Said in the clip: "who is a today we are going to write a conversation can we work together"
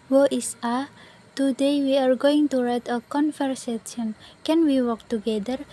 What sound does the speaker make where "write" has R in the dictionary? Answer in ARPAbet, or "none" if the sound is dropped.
R